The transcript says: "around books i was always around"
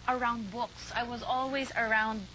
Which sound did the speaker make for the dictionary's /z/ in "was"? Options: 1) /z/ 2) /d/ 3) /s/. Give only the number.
1